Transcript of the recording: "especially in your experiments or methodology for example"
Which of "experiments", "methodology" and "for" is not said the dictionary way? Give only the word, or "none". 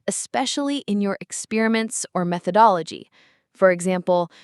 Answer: none